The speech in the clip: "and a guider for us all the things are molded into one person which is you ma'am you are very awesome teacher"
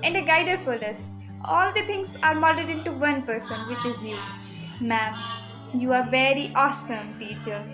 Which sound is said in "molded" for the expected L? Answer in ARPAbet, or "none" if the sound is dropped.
none